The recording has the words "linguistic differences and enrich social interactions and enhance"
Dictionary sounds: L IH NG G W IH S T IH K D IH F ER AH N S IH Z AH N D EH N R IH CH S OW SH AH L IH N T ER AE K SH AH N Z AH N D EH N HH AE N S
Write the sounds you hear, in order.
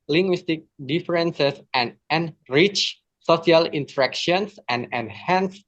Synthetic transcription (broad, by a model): L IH NG G W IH S T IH K D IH F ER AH N S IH S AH N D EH N R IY CH S OW S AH L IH N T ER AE K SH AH N S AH N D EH N HH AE N S